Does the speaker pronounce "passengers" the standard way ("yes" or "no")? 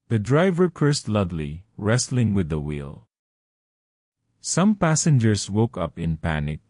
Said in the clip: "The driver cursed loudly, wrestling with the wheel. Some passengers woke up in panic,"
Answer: no